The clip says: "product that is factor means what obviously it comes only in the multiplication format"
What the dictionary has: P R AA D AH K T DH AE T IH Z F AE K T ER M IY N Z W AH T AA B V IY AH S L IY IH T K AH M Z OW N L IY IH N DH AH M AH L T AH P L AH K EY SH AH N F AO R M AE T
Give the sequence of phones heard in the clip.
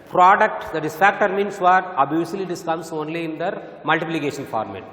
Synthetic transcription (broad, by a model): P R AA D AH K T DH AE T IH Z F AE K T ER M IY N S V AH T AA B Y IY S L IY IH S K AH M S OW N L IY IH N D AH M AH L T AH P L AH K EY SH AH N F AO R M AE T